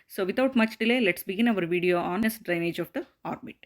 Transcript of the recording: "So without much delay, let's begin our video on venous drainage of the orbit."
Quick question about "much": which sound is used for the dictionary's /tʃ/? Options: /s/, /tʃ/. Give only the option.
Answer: /tʃ/